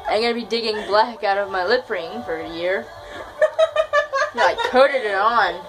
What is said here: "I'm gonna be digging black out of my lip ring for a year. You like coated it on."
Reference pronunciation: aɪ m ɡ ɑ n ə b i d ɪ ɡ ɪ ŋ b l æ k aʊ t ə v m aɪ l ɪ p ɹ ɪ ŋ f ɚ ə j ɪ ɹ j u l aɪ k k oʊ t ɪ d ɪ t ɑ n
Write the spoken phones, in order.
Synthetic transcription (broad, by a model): aɪ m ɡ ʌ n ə b i d ɪ ɡ ɪ ŋ b l æ k aʊ t ə v m aɪ l ɪ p ɹ ɪ ŋ f ɚ ə j ɪ ɹ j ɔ aɪ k k oʊ t ɪ d ɪ t n